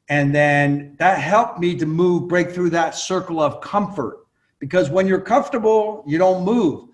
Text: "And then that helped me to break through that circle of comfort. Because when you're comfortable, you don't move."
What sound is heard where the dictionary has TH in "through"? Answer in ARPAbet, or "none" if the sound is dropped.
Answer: TH